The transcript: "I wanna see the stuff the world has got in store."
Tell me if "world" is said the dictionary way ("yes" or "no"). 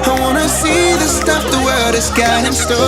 no